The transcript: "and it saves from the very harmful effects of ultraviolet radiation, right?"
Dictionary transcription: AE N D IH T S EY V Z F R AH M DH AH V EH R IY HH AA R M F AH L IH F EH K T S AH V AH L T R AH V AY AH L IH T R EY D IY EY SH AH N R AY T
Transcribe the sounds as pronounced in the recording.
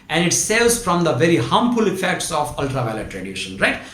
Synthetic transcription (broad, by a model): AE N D IH T S EY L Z F R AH M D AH V EH R IY HH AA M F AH L IH F EH K T S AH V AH L T R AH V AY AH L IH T R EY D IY SH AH N R AY T